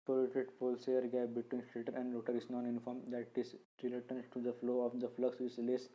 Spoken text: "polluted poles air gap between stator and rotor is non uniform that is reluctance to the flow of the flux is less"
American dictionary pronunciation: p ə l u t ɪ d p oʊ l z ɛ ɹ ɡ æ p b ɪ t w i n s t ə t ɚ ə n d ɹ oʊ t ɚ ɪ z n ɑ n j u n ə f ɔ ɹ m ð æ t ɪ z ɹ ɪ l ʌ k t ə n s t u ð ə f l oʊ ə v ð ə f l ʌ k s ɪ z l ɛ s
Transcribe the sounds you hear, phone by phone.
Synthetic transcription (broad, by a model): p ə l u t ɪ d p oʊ l s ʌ ɹ ɡ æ b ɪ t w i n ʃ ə t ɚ ə n d ɹ oʊ t ɚ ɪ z n ɑ n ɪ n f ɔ ɹ m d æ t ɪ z ɹ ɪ l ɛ t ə n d t u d ə f l oʊ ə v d ə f l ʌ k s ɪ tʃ l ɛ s